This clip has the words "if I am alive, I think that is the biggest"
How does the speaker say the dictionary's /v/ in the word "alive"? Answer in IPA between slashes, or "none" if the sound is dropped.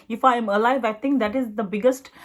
/v/